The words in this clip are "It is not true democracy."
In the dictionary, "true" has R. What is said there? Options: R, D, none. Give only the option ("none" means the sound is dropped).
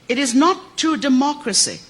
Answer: none